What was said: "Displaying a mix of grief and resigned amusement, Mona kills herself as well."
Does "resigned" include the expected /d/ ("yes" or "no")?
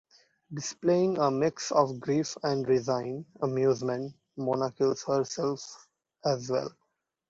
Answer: no